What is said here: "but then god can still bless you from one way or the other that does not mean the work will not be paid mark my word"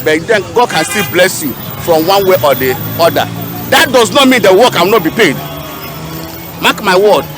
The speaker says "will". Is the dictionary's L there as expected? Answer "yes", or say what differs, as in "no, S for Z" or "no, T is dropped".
no, W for L